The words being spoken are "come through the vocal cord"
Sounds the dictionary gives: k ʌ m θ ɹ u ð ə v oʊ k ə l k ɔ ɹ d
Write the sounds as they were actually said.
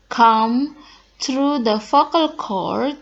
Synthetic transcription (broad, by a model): k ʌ m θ ɹ u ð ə f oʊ k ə l k ɔ ɹ